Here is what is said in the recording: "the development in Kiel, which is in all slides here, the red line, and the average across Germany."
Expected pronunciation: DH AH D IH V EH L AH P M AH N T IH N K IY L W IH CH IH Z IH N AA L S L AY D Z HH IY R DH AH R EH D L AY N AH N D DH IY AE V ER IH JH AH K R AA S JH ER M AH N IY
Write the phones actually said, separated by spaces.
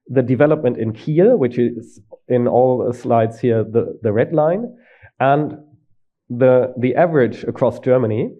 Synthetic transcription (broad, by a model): DH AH D IH V EH L AH P M AH N T IH N K IY L W IH CH IH Z IH N AA L S L AY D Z HH IY R DH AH R EH D L AY N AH N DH DH IY AE V ER IH JH AH K R AA S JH ER M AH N IY